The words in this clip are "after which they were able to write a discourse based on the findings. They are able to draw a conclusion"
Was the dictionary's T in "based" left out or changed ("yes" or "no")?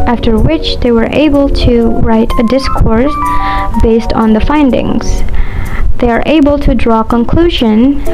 no